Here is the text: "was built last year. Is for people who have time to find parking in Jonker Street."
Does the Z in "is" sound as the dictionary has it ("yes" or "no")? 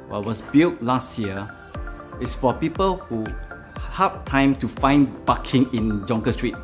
no